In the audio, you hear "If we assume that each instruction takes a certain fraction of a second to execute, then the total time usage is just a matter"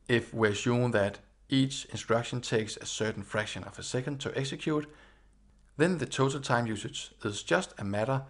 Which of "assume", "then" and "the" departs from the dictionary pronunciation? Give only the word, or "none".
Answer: assume